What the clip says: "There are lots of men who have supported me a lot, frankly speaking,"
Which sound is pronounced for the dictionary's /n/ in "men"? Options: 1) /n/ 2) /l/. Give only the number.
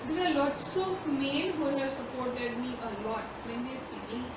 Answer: 2